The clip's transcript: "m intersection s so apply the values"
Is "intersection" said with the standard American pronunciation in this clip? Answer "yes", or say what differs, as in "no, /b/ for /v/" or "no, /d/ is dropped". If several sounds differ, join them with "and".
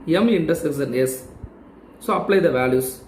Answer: no, /s/ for /ʃ/